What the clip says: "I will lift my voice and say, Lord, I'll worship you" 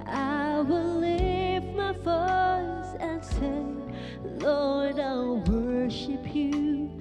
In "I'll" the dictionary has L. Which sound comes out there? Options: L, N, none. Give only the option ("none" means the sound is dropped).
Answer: L